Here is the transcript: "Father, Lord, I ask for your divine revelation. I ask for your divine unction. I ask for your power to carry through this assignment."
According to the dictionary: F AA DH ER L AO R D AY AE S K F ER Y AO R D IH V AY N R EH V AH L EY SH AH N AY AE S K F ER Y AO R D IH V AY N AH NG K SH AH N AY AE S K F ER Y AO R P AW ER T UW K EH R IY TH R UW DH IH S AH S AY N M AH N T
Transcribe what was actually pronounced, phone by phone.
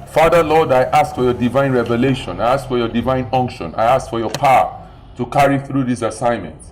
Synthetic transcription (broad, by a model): F AA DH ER L AO D AY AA S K F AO Y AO D IH V AY N R EH V AH L EY SH AH N AY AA S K F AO Y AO D IH V AY N AH NG K SH AH N AY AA S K F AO Y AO P AW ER T UW K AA R IY TH R UW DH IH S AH S AY N M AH N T